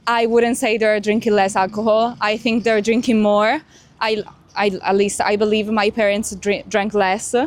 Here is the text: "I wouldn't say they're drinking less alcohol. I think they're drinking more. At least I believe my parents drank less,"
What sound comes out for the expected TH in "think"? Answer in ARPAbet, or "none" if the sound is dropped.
TH